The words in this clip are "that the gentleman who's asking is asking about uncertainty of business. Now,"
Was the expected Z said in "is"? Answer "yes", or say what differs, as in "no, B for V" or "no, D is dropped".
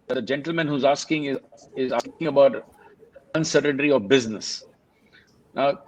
yes